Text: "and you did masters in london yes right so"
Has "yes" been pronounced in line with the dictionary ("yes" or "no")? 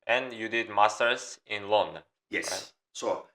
no